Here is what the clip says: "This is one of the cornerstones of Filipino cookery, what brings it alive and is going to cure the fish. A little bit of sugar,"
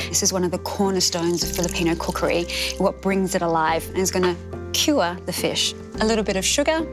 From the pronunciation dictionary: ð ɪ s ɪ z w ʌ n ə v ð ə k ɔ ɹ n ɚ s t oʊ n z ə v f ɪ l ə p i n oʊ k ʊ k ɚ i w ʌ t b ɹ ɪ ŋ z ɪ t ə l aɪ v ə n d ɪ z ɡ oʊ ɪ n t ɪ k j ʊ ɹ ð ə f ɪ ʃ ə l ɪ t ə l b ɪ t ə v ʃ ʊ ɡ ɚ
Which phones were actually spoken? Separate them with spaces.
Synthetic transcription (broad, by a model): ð ɪ s ɪ z w ʌ n ə v ð ə k ɔ ɹ n ɚ s t oʊ n z ə v f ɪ l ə p i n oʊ k ʊ k ɚ i w ʌ t b ɹ ɪ ŋ z ɪ t ə l aɪ v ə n ɪ z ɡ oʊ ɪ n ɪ k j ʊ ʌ ð ə f ɪ ʃ ə l ɪ t l b ɪ t ə v ʃ ʊ ɡ ɚ